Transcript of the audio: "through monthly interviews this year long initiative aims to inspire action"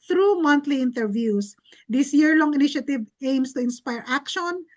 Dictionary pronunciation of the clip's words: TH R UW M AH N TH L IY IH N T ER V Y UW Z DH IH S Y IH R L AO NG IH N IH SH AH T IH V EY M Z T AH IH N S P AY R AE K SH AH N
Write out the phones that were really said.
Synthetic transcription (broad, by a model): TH R UW M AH N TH L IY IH N T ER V Y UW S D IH S Y IH R L AO NG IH N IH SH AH T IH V EY M S T AH IH N S P AY R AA K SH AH N